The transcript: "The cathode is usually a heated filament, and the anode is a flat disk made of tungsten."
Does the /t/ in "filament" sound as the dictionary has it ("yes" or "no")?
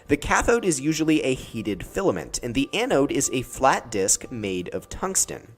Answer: yes